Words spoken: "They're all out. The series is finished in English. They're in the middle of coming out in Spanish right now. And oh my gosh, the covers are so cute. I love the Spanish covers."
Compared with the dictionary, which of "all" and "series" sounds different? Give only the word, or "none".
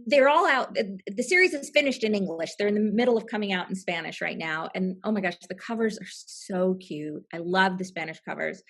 none